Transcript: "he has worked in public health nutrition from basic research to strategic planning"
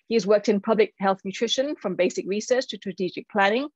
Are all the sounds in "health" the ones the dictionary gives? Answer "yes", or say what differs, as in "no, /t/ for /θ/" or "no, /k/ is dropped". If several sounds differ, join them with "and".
yes